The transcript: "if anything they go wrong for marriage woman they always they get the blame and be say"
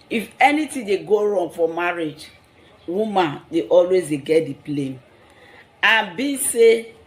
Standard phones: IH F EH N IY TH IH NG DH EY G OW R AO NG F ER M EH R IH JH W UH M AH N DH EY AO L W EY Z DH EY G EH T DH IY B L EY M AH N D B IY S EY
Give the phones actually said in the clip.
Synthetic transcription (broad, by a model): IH F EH N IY T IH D EY G OW R AO NG F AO M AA R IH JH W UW M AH N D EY AO L W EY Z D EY G EH T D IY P L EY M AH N B IY S EY